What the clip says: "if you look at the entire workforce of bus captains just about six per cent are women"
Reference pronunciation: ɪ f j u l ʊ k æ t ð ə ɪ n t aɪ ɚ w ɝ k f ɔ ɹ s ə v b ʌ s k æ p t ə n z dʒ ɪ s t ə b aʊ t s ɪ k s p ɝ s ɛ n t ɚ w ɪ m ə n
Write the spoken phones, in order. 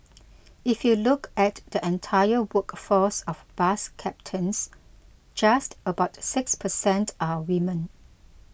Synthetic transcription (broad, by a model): ɪ f j u l ʊ k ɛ t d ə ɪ n t aɪ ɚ w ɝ k f ɔ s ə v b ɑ s k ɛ p t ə n s dʒ ɪ s t ə b aʊ t s ɪ k s p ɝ s ɛ n t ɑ w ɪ m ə n